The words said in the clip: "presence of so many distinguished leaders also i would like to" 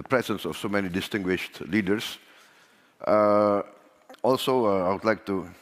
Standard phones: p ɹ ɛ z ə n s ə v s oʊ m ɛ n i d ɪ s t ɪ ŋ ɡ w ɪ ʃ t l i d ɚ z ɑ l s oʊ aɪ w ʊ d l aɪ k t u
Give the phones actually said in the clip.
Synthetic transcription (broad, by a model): p ɹ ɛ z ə n s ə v s oʊ m ɛ n i d ɪ s t ɪ ŋ ɡ w ɪ ʃ t l i d ɚ s ɑ l s oʊ aɪ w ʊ d l aɪ k t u